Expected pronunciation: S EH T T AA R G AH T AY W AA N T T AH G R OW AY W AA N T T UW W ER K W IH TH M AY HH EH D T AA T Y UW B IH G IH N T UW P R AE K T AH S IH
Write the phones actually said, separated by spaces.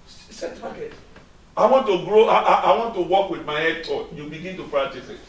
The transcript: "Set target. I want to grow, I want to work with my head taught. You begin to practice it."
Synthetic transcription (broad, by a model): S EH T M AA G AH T AY W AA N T T AH G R OW AY W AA N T T UW W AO K W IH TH M AY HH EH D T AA Y UW B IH G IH N T UW F R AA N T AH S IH